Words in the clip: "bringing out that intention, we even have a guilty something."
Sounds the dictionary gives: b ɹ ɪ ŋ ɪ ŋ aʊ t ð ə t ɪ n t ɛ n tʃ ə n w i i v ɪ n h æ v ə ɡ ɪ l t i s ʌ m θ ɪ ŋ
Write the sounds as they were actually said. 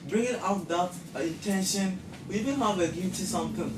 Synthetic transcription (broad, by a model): b ɹ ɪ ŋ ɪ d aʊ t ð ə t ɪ n t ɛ n ʃ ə n w i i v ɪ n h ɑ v ə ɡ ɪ t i s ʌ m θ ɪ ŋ